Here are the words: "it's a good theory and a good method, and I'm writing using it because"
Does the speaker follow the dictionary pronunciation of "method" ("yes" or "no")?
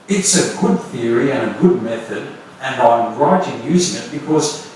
yes